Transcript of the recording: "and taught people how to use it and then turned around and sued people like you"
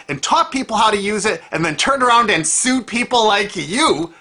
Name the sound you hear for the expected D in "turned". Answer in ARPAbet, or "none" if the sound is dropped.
none